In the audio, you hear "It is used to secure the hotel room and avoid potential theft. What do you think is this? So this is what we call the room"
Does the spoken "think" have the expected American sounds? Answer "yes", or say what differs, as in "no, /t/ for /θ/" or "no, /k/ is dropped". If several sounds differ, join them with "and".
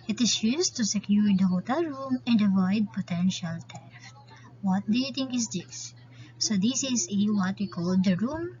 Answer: no, /t/ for /θ/